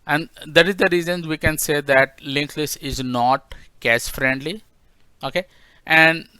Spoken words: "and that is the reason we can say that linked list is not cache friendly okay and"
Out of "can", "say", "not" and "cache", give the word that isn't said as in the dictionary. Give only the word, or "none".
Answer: cache